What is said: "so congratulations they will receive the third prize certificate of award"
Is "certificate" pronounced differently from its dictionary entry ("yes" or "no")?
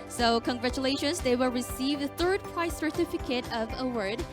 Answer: no